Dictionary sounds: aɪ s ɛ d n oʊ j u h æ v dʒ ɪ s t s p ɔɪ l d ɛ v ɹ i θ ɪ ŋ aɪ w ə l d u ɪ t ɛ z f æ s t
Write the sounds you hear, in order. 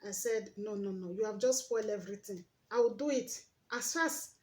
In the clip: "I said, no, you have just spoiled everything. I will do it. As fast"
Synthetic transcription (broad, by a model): aɪ s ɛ d n oʊ j u h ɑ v dʒ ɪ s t s p ɔɪ l d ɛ v ɹ i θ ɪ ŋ aɪ w ə l d u ɪ t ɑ s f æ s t